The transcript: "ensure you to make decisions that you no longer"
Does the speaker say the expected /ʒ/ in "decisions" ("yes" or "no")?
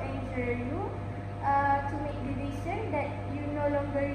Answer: no